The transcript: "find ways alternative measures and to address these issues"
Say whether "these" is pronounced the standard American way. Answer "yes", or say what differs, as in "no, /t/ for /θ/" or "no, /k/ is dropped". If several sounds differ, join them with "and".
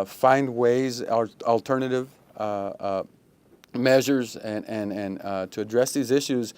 yes